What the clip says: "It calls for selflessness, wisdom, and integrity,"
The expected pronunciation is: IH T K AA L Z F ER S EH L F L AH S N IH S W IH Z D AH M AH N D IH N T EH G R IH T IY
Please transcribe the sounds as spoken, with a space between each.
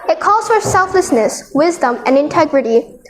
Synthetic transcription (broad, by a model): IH T K AA L Z F ER S EH L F L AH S N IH S W IH Z D AH M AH N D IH N T EH G R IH T IY